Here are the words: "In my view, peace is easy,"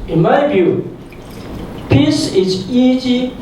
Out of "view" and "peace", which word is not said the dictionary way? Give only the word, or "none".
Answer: view